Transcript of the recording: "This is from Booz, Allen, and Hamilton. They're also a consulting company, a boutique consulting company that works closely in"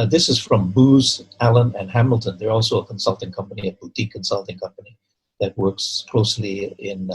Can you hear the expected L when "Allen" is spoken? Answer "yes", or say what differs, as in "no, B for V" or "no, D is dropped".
yes